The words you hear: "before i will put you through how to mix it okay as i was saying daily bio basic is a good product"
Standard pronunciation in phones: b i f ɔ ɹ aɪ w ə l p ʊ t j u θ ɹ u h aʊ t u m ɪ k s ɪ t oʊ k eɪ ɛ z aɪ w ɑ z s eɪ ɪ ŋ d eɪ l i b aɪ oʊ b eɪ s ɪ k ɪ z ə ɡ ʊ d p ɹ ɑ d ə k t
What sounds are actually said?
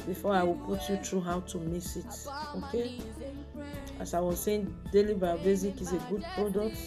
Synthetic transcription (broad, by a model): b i f ɔ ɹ aɪ w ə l p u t j u t ɹ u h aʊ t u m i s ɪ t oʊ k eɪ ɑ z aɪ w ɑ z s eɪ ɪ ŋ d eɪ l i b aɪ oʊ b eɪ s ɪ k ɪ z ə ɡ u d p ɹ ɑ d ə k t